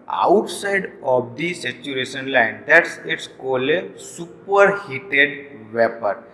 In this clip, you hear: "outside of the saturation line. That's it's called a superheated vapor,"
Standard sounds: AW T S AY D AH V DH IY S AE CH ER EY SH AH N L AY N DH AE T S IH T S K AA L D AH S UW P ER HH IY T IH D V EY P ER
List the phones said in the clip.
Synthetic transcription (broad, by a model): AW T S AY D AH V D IY S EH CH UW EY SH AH N L AY N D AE T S IH T S K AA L AH S UW P ER HH IY T IH D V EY P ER